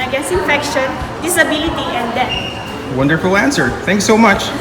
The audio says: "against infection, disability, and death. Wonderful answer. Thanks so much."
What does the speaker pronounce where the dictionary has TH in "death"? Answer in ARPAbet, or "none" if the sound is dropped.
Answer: T